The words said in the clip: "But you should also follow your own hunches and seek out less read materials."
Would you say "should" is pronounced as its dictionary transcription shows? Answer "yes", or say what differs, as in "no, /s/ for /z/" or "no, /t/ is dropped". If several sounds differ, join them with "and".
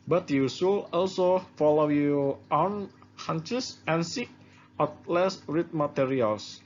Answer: no, /s/ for /ʃ/